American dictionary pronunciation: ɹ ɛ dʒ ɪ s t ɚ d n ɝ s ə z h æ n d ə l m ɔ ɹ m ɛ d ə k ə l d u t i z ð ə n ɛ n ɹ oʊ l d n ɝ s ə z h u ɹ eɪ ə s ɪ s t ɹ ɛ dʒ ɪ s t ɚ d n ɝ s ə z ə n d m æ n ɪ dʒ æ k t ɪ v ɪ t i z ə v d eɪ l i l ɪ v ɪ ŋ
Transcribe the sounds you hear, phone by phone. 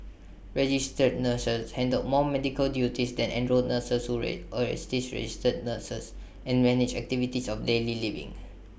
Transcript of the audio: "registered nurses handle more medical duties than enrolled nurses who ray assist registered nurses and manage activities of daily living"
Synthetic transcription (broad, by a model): ɹ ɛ dʒ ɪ s t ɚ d n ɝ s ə s h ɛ n d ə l m ɔ m ɛ d ə k ə l d u t i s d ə n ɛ n ɹ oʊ d n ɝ s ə s h u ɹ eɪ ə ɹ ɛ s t ɹ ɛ dʒ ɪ s t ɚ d n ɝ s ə s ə n m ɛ n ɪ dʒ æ k t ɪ v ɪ t i s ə f d eɪ l i l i v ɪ ŋ